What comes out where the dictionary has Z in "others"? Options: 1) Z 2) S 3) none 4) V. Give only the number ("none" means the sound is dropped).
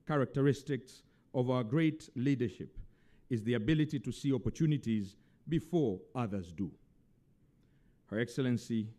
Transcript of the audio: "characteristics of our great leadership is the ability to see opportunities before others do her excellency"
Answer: 1